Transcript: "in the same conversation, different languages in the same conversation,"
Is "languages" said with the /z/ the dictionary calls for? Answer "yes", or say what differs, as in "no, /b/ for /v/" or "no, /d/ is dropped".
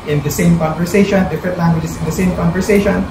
no, /s/ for /z/